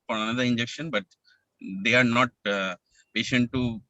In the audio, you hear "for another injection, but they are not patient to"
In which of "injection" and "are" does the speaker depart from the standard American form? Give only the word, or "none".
none